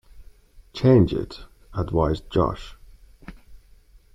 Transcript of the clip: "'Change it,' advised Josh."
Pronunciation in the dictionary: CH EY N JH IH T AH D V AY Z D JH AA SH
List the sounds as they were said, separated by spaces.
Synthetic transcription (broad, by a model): CH EY N JH IH T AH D W AY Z JH AA SH